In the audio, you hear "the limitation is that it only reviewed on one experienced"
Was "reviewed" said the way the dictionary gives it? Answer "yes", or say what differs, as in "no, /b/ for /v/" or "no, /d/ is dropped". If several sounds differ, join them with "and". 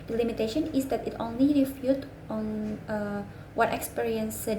no, /f/ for /v/